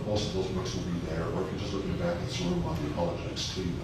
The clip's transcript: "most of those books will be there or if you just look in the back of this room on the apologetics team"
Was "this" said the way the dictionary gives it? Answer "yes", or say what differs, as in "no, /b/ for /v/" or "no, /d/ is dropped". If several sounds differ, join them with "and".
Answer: no, /s/ is dropped